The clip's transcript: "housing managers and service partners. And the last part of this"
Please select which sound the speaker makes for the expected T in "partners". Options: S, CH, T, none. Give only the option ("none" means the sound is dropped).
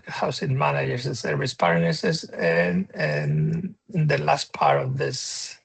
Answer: S